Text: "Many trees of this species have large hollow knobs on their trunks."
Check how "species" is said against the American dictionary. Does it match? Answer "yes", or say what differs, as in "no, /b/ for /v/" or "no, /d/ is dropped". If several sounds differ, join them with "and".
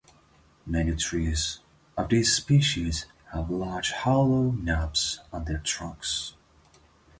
yes